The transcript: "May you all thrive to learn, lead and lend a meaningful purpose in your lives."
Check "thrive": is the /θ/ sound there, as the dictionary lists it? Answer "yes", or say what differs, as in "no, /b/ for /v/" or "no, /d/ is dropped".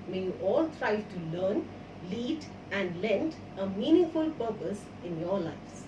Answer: no, /t/ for /θ/